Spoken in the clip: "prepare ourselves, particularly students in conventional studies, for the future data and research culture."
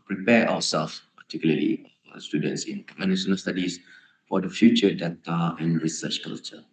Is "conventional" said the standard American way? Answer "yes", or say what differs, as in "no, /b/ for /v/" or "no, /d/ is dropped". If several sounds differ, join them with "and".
no, /s/ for /ʃ/